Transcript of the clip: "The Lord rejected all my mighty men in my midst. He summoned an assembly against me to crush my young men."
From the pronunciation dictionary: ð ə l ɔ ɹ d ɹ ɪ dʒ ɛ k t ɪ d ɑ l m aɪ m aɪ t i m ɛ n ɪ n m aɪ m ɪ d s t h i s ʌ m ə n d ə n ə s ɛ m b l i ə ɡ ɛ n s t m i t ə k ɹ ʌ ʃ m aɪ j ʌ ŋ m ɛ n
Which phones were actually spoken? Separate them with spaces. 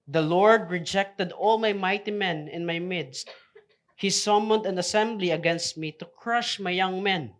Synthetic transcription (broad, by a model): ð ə l ɔ ɹ d ɹ ɪ dʒ ɛ k t ɪ d ɑ l m aɪ m aɪ t i m ɛ n ɪ n m aɪ m ɪ d s t h i s ʌ m ə n d ə n ə s ɛ m b l i ə ɡ ɛ n s t m i t ə k ɹ ʌ ʃ m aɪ j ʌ ŋ m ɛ n